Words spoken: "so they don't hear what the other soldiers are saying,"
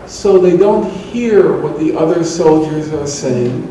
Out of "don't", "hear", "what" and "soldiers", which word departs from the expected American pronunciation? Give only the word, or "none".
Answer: none